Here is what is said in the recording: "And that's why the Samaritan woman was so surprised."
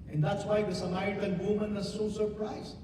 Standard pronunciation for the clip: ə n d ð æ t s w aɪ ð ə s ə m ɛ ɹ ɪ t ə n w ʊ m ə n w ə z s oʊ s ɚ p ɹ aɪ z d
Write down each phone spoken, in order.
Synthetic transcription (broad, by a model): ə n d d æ t s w aɪ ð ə s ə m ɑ ɪ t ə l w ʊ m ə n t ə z s oʊ s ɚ p ɹ aɪ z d